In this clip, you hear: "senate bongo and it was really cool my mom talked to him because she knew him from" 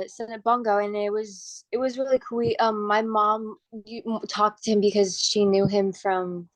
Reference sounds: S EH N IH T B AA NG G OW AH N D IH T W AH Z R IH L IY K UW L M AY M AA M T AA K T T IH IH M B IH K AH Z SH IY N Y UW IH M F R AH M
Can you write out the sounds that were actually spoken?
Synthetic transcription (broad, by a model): S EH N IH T B AA NG G OW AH N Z IH T W AH Z R IH L IY K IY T M AY M AA M T AA K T T IH IH M B IH K AH Z SH IY N Y UW IH M F R AH M